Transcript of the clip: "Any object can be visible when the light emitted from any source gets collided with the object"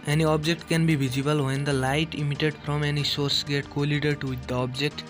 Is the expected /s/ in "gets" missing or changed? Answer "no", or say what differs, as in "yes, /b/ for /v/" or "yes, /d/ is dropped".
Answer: yes, /s/ is dropped